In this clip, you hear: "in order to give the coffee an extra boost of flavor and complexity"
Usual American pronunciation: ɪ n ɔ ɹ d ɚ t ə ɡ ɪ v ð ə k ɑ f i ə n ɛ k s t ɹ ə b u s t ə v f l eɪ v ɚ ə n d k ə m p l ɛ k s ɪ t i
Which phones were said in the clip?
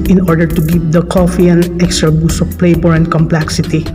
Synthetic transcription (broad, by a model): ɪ n ɔ ɹ d ɚ t ə ɡ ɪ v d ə k ɑ f i ə n ɛ k s t ɹ ə b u s ə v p l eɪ b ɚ ə n d k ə m p l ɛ k s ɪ t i